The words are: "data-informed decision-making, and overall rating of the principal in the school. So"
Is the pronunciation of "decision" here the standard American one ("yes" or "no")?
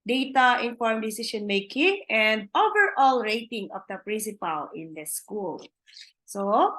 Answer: no